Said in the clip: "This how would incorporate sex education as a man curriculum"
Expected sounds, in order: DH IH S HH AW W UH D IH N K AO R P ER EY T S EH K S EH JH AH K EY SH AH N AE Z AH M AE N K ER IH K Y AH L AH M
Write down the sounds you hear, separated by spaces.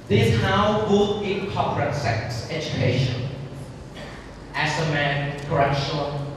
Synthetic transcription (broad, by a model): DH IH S HH AW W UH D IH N K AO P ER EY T S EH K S EH JH AH K EY SH AH N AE S AH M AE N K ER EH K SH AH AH